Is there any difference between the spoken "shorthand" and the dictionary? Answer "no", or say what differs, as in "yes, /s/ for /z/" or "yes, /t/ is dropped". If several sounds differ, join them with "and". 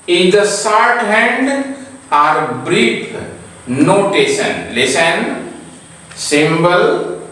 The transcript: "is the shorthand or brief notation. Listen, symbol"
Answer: yes, /s/ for /ʃ/